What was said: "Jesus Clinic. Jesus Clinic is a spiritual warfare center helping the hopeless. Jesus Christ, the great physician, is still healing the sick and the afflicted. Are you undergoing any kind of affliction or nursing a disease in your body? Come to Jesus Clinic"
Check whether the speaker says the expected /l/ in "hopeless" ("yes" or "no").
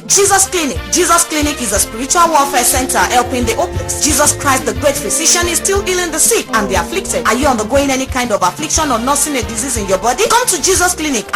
no